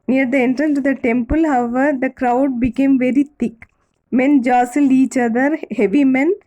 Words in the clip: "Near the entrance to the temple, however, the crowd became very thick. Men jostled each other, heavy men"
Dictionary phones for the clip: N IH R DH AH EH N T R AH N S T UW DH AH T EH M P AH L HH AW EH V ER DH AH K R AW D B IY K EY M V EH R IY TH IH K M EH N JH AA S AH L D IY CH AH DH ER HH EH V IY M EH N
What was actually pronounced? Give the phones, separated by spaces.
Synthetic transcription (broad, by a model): N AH R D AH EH N T R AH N T UW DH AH T EH M P AH L HH AW EH V ER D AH K R AW D B IY K EY M V EH R IY T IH K M EH N JH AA S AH L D IY CH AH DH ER HH EH V IY M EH N